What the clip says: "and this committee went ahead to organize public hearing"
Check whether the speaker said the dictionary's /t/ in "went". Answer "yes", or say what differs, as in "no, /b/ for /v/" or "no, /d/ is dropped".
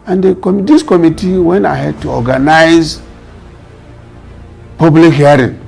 no, /t/ is dropped